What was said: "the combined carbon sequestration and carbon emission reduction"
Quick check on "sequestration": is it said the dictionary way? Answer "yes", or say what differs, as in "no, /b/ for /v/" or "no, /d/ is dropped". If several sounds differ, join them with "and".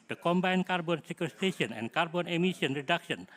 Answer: no, /ɹ/ is dropped